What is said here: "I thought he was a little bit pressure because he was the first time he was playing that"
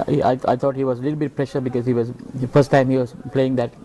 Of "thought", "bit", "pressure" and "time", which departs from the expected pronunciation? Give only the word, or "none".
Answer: thought